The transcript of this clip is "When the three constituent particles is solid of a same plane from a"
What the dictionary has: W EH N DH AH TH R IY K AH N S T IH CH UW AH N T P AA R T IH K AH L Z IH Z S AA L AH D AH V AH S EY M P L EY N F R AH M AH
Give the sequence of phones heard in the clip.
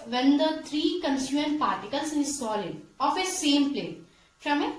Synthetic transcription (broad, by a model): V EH N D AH T R IY K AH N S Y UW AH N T P AA R T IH K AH L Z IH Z S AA L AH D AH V AH S EY M P L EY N F R AH M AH